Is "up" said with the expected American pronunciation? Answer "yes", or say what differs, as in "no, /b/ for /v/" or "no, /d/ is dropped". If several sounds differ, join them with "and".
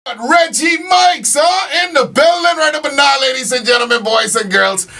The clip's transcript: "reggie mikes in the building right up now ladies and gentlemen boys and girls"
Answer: no, /b/ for /p/